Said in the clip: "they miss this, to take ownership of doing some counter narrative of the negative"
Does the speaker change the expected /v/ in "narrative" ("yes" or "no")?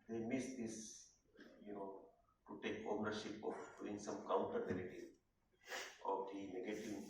yes